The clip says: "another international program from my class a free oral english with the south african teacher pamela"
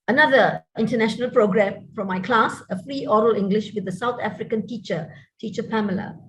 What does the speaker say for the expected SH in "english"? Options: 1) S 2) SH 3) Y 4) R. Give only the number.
2